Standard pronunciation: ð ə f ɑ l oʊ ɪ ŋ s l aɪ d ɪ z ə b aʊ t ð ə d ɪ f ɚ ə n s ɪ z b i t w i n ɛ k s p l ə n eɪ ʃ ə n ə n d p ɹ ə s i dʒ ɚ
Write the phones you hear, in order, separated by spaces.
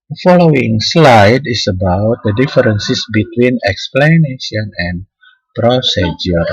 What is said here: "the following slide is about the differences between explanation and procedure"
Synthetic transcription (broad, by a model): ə f ɑ l oʊ ɪ ŋ s l aɪ d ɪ s ə b aʊ t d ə d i f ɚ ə n s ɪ s b i t w i n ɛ k s p l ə n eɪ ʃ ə n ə n p ɹ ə s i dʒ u